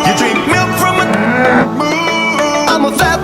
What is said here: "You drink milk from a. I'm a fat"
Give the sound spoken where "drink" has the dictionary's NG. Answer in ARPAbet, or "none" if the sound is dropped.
none